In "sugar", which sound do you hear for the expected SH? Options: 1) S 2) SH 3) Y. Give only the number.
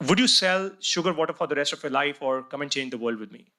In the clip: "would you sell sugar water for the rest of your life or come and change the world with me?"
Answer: 2